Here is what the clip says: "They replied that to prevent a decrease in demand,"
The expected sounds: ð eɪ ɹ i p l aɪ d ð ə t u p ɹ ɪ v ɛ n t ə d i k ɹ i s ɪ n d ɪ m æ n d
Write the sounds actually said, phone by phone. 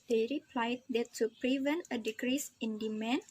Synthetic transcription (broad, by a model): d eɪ ɹ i p l aɪ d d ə t u p ɹ ɪ v ɛ n t ə d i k ɹ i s ɪ n d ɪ m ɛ n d